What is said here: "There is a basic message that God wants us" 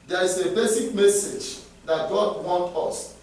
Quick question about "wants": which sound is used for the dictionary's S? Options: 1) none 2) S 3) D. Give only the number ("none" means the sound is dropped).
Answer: 1